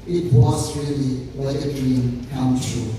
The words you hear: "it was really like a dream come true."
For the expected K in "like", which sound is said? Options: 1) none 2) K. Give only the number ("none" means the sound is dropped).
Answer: 1